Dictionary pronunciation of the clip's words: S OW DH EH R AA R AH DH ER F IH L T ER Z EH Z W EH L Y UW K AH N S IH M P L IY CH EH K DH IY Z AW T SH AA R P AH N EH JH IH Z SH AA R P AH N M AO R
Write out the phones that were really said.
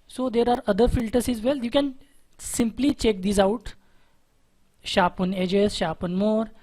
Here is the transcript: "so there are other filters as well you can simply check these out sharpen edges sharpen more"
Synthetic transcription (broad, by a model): S OW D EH R AA R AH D ER F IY L T ER S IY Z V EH L Y UW K AH N S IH M P L IY CH EH K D IY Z AW T SH AA P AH N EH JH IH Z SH AA P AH N M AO R